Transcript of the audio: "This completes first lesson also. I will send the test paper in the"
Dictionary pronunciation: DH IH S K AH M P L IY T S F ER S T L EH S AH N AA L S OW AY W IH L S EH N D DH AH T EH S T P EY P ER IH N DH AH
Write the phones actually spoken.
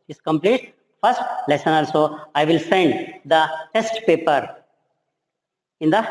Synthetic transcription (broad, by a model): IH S K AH M P L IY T F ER S T L EH S AH N AA L S OW AY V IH L S EH N D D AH T EH S T P EY P ER IH N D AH